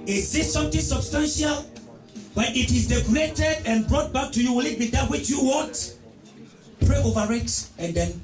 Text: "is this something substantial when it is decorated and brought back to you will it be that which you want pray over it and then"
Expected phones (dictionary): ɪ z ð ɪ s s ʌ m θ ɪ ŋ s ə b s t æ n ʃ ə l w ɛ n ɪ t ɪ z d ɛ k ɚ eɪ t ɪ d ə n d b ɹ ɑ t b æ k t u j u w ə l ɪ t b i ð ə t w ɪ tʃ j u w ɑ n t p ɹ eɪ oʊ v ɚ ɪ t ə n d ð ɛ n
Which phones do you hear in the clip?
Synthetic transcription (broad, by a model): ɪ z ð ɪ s s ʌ m t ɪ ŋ s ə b s t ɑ n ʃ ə l w ɛ n ɪ t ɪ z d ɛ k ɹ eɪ t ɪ d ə n b ɹ ɑ t b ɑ k t u j u w ə l ɪ t b i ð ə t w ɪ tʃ j u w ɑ t p ɹ eɪ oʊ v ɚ ɪ t ə n d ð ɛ n